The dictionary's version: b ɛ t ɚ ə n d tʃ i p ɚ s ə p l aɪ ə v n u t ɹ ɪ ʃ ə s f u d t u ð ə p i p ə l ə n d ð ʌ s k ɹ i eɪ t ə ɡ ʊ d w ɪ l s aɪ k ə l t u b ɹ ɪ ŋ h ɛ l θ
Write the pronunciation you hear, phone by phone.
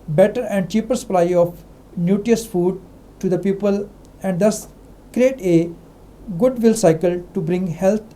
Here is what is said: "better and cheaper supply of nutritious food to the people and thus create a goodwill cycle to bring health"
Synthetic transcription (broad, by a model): b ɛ t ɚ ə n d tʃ i p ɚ s ə p l aɪ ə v n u t i ə s f u d t u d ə p i p ə l ə n d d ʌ s k ɹ i eɪ t ə ɡ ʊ d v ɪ l s aɪ k ə l t u b ɹ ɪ ŋ h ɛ l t